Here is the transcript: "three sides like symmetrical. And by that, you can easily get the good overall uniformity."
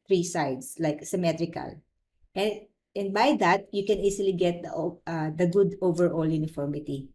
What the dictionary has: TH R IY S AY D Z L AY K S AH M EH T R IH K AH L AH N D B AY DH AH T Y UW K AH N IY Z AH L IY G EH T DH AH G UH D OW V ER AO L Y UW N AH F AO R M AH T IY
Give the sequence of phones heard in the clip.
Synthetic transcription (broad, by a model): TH R IY S AY D S L AY K S AH M EH T R IH K AH L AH N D B AY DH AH T Y UW K AH N IY S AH L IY G EH T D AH G UH D OW V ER AO L Y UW N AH F AO R M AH T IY